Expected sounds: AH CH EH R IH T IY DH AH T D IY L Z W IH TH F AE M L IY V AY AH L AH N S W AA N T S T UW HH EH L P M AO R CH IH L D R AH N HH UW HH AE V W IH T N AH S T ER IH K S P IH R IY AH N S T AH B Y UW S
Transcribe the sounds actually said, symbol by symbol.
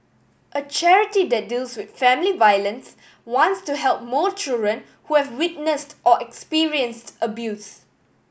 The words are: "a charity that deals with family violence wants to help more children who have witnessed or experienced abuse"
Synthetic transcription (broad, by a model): AH CH EH R IH T IY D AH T D IY L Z W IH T F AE M L IY V AY AH L AH N S W AA N T S T UW HH EH L P M AO CH IH L D R AH N HH UW HH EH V W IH T N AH S T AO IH K S P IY R IY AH N S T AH B Y UW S